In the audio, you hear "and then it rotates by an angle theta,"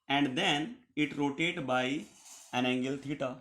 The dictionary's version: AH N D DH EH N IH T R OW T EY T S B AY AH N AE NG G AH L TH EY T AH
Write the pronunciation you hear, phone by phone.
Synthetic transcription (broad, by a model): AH N D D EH N IH T R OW T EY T B AY AH N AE NG G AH L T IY T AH